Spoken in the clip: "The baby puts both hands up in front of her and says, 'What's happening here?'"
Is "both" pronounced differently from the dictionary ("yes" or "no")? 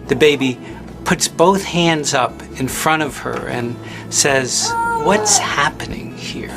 no